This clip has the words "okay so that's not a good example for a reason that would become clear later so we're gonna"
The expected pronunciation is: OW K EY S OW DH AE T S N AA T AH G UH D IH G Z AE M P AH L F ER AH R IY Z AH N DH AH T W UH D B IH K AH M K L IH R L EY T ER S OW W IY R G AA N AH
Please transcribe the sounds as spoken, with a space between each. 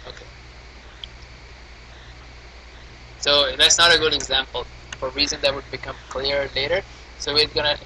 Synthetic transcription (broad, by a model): OW K EY S OW DH AE T S N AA T AH G UH D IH G Z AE M P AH L F ER R IY Z AH N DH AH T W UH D B IH K AH M K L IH R L EY T ER S OW W IY R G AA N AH